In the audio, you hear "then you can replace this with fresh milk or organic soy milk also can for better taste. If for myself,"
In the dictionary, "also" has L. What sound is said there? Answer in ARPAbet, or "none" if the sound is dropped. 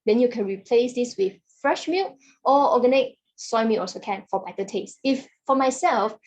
none